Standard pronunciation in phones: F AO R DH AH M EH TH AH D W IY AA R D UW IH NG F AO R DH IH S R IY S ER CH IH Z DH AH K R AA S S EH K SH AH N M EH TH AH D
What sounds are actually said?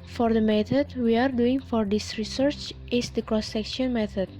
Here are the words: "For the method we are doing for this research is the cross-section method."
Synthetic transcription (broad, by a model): F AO R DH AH M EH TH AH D W IY AA R D UW IH NG F AO R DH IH S R IY S ER CH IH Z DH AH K R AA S S EH K SH AH N M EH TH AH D